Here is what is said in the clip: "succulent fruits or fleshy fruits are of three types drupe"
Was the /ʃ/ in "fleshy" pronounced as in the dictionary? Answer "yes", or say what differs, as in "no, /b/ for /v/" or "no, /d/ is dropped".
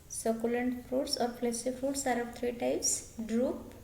no, /s/ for /ʃ/